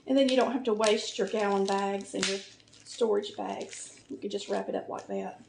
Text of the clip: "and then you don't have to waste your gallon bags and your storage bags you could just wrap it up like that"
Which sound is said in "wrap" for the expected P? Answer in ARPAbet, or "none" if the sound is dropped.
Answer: P